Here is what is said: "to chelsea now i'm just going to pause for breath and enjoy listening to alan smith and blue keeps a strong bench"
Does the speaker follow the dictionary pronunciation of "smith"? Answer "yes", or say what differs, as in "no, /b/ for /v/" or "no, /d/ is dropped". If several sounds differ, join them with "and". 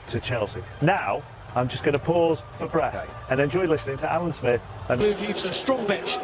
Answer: yes